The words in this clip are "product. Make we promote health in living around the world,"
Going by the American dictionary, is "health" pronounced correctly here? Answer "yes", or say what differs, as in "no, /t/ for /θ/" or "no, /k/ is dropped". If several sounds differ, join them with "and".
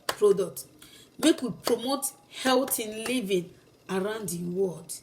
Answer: no, /t/ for /θ/